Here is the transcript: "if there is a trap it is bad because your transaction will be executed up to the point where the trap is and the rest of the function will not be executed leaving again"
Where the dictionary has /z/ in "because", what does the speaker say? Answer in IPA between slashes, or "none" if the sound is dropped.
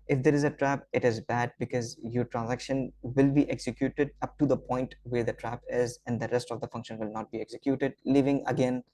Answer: /z/